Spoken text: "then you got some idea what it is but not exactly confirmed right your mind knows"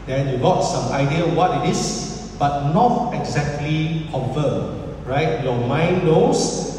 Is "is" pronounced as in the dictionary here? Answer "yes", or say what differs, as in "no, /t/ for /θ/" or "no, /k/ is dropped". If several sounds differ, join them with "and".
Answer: no, /s/ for /z/